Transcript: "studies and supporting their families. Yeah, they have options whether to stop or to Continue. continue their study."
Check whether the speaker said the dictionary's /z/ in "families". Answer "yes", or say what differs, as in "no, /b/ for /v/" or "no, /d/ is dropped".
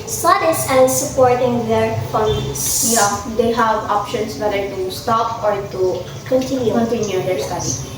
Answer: no, /s/ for /z/